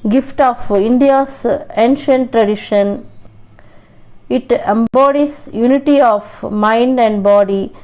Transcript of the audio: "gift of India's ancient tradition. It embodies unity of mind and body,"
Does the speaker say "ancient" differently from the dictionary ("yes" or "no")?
no